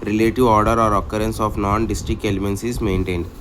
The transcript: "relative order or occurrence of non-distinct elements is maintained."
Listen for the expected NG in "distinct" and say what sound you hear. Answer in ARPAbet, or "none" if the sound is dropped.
none